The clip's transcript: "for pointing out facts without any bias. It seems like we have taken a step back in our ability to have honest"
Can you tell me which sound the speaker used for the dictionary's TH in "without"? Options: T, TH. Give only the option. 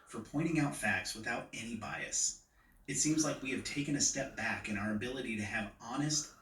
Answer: TH